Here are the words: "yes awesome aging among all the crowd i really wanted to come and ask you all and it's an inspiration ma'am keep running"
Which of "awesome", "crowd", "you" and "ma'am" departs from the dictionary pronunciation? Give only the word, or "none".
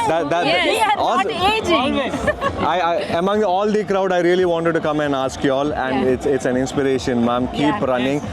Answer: awesome